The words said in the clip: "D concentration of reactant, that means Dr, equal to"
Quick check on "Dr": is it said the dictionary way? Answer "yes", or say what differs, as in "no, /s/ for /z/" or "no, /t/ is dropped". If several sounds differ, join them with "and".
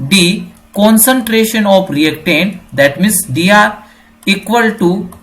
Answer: no, /k/ is dropped